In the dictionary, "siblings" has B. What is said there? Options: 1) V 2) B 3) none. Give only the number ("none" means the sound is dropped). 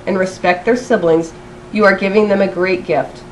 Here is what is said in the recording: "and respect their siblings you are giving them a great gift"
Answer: 2